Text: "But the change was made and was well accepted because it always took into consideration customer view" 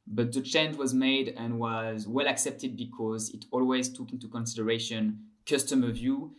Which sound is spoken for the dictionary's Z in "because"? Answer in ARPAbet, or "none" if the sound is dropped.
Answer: Z